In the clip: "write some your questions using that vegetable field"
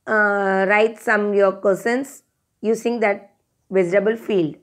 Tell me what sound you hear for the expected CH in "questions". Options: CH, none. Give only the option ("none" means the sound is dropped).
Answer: none